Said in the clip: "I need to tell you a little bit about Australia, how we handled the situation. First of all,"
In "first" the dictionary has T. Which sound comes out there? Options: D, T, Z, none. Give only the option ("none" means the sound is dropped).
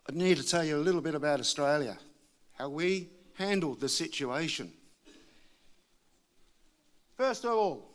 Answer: T